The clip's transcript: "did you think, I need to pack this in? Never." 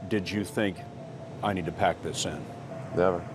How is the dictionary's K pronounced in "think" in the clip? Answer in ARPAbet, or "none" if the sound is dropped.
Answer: K